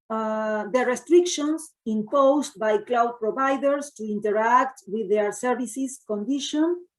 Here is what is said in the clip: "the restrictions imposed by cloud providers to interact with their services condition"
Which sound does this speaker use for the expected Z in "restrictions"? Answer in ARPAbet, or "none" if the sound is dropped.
S